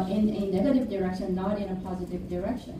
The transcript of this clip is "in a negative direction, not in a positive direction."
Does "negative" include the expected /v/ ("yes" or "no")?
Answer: yes